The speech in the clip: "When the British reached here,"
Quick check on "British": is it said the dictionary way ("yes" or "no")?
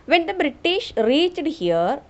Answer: yes